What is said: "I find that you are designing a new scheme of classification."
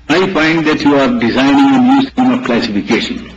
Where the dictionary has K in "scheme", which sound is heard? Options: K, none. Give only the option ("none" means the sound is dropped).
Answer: none